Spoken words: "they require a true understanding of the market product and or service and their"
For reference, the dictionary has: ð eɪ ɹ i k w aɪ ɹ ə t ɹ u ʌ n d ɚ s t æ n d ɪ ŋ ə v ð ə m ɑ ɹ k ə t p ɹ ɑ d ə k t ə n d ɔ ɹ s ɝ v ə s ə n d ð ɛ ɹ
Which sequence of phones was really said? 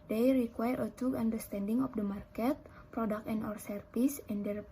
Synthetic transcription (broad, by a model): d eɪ ɹ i k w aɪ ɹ ə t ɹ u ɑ n d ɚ s t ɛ n d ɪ ŋ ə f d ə m ɑ ɹ k ə t p ɹ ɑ d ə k ə n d ɔ ɹ s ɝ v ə s ə n d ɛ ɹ